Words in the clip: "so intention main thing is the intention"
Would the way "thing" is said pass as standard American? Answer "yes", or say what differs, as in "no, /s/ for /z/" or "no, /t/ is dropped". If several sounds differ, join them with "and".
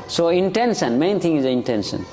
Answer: no, /t/ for /θ/